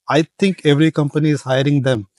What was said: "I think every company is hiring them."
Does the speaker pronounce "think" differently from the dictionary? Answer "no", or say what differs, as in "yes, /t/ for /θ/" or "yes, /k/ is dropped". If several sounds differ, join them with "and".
yes, /t/ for /θ/